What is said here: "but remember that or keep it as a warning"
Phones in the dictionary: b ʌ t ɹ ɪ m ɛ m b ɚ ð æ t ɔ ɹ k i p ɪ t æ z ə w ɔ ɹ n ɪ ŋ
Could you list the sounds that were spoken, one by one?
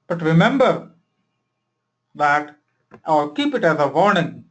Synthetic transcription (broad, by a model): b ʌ t ɹ ɪ m ɛ m b ɚ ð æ t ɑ l k i p ɪ t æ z ə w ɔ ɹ n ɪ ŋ